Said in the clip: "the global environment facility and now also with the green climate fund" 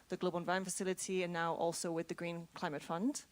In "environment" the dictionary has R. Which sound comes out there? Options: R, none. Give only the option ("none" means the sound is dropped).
none